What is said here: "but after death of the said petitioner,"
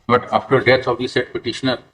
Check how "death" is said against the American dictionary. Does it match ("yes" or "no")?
no